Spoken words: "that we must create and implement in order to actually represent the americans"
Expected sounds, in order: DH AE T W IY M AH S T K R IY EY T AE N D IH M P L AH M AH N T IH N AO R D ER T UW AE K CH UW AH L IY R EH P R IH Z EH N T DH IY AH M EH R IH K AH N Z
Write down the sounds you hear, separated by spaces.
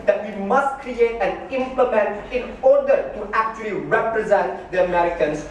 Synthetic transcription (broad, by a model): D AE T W IY M AH S T K R IY EY T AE N IH M P L AH M AH N T IH N AO R D ER T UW AE K CH UW AH L IY R EH P R IH Z EH N T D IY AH M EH R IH K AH N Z